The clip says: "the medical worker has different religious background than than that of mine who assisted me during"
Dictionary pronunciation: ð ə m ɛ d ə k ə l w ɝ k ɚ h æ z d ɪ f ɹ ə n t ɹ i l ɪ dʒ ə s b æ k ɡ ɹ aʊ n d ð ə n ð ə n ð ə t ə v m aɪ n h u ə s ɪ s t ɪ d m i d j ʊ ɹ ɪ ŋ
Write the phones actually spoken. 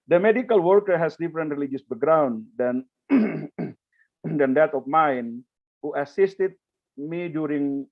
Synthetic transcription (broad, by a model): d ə m ɛ d ə k ə l w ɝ k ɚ h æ s d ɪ f ɹ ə n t ɹ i l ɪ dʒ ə s b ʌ ɡ ɹ aʊ n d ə n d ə n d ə t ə f m aɪ n h u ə s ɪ s t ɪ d m i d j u ɹ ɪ ŋ